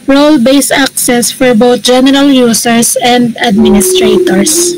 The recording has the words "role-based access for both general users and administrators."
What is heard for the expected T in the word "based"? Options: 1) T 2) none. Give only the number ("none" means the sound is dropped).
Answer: 2